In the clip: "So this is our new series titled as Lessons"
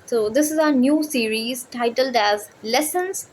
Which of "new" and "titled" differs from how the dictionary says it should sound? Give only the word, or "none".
none